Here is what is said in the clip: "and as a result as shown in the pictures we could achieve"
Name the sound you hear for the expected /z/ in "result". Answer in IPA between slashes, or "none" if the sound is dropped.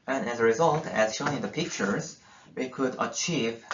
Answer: /z/